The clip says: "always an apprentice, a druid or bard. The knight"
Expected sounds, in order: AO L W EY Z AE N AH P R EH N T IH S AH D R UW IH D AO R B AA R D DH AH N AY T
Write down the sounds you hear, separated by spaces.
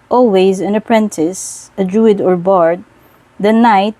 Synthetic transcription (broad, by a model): AO L W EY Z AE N AH P R EH N T IH S AH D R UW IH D AO R B AA R D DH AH N AY T